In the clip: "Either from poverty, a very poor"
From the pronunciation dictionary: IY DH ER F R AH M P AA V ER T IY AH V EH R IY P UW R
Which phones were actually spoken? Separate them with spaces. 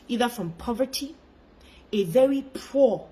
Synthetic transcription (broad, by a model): IY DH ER F R AH M P AA V ER T IY AH V EH R IY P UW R